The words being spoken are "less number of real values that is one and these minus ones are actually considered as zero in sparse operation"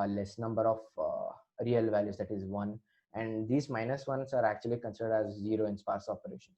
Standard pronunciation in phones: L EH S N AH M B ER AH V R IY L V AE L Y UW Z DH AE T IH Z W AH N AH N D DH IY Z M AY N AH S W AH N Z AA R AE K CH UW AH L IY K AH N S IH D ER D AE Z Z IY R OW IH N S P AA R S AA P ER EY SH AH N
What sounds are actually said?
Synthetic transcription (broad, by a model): L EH S N AH M B ER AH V R IY L V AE L Y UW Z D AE T IH Z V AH N AH N D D IY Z M AY N AH S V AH N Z AA R AE K CH UW AH L IY K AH N S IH D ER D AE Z Z IY R OW IH N S P AA R S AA P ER EY SH AH N